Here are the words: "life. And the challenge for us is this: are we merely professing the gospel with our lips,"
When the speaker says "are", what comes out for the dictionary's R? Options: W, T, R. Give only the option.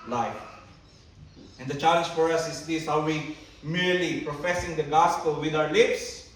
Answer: W